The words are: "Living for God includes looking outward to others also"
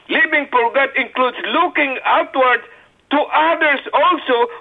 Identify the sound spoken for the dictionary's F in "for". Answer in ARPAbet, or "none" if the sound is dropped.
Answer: P